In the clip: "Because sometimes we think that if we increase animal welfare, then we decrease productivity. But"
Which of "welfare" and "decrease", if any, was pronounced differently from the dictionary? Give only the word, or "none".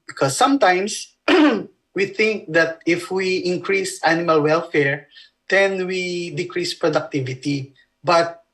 none